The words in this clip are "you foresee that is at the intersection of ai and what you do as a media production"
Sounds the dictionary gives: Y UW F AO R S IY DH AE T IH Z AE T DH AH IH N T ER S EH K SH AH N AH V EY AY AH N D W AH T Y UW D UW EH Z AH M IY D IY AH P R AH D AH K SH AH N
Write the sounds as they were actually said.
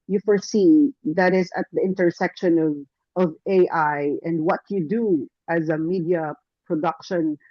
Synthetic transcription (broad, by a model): Y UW F AO R S IY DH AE T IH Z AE T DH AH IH N T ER S EH K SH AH N AH V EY AY AH N D W AH T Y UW D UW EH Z AH M IY D IY AH P R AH D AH K SH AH N